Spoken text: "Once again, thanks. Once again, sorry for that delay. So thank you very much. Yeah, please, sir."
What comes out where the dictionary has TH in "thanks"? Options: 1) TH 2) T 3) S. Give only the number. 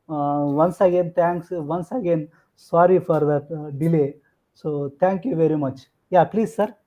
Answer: 2